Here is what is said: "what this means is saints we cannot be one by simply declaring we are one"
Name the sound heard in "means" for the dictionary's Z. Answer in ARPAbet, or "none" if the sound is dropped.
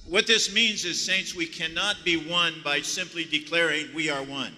Z